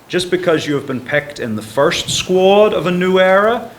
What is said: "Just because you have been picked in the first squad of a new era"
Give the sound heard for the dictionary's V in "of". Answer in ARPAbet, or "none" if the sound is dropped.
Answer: V